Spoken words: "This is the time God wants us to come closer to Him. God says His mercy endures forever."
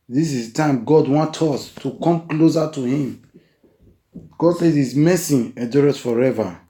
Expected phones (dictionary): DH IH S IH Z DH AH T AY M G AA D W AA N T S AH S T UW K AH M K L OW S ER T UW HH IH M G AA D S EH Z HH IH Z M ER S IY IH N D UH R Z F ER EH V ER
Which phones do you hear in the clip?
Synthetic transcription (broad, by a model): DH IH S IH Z T AY M G AA D W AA N T AO S T UW K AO M K L OW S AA T UW HH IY M G AA D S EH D HH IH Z M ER S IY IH D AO R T F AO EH V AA